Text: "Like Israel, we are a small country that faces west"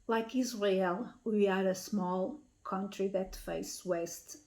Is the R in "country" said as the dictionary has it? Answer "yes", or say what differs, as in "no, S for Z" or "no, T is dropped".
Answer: yes